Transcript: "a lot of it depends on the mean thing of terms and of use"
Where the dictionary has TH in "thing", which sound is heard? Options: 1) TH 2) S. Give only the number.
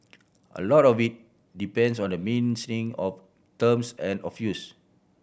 2